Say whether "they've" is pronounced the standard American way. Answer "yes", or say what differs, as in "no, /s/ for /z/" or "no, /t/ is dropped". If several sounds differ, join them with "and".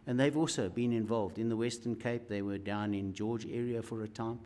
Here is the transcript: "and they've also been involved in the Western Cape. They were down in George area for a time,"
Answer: yes